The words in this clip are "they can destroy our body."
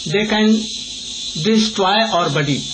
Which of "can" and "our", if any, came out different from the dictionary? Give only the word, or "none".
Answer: none